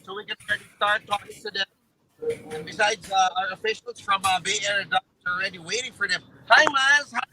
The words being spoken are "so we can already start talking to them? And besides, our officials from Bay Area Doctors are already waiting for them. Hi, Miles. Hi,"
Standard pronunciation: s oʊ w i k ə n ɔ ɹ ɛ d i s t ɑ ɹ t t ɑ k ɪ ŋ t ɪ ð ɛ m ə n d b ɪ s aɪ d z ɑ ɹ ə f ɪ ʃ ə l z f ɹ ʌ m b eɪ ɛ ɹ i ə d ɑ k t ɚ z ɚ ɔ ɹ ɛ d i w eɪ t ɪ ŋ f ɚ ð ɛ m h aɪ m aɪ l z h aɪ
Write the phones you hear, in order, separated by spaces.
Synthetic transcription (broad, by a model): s oʊ w i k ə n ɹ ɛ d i s t ɑ ɹ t t ɑ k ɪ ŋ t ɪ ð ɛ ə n b ɪ s aɪ d z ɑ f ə ɪ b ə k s f ɹ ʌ m b eɪ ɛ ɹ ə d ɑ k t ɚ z ɚ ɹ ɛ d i w eɪ t ɪ ŋ f ɚ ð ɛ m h aɪ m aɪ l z h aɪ